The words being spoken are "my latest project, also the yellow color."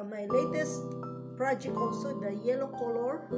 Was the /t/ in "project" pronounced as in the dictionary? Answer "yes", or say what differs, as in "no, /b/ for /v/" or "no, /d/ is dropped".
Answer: no, /t/ is dropped